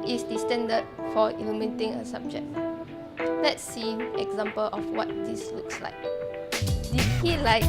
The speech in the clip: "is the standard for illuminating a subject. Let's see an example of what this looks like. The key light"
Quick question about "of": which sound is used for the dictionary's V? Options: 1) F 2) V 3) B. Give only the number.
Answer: 1